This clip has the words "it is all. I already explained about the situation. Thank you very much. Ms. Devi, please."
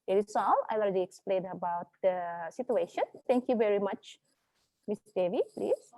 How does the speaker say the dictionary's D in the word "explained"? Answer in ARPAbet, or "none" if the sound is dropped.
none